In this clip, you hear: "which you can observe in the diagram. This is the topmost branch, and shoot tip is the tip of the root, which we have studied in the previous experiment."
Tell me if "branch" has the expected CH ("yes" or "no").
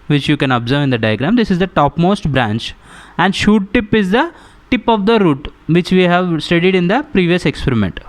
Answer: yes